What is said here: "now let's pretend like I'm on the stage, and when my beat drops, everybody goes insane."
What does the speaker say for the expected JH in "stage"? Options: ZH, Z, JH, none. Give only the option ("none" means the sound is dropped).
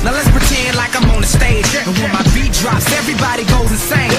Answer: none